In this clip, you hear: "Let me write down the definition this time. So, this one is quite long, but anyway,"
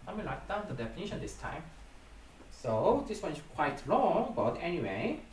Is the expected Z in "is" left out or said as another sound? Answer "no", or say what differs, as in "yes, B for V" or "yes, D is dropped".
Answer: yes, S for Z